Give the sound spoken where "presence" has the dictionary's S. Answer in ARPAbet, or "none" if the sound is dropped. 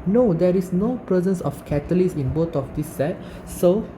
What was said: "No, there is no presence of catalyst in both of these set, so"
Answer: S